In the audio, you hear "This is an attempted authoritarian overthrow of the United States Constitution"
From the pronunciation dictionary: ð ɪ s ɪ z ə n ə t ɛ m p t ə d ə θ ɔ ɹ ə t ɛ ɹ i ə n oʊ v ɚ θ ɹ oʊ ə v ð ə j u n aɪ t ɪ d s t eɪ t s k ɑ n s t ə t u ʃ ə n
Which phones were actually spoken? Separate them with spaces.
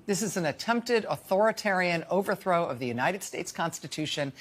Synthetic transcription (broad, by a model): ð ɪ s ɪ z n ə t ɛ m p t ə d ə θ ɔ ɹ ə t ɛ ɹ i ə n oʊ v ɚ θ ɹ oʊ ə v ð ə j u n aɪ t ɪ d s t eɪ t s k ɑ n s t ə t u ʃ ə n